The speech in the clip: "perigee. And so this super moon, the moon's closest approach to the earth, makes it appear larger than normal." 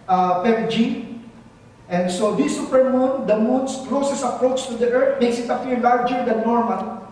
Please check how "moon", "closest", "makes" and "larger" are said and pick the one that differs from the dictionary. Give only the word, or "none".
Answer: closest